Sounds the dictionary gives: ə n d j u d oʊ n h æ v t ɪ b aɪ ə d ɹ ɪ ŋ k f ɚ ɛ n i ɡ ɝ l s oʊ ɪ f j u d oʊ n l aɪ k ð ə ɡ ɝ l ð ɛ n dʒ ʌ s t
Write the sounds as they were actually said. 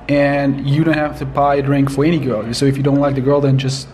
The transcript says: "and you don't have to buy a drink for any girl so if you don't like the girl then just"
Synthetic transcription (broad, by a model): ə n j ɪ d oʊ n h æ f t ɪ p aɪ ə d ɹ ɪ ŋ k f ɚ ɛ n i ɡ ɝ l s oʊ ɪ f j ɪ d oʊ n l aɪ k ð ə ɡ ɝ l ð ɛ n dʒ ʌ s t